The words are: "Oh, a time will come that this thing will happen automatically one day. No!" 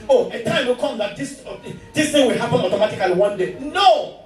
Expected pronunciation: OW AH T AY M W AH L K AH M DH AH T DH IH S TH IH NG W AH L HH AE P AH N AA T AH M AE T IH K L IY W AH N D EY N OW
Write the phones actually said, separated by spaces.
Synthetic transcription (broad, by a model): OW AH T AY M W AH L K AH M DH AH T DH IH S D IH NG W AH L HH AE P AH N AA T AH M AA T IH K L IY W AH N D EY N OW